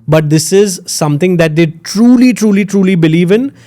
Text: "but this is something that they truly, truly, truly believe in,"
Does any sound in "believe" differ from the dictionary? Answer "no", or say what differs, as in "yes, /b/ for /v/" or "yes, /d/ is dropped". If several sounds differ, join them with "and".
no